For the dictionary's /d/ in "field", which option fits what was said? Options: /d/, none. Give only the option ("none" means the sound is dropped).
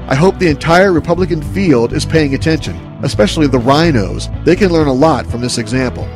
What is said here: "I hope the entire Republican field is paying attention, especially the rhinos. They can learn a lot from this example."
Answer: /d/